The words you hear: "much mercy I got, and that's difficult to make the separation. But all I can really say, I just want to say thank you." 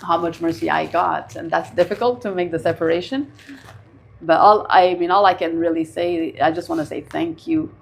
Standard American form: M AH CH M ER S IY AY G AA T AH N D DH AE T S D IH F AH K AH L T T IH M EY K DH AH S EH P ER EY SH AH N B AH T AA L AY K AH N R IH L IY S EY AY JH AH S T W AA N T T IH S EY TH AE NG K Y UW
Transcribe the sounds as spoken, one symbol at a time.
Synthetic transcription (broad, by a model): M AH CH M ER S IY AY G AA T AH N DH AE T S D IH F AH K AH L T T IH M EY K DH AH S EH P ER EY SH AH N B AH T AA L AY K AH N R IH L IY S EY AY JH AH S T W AA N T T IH S EY TH AE NG K Y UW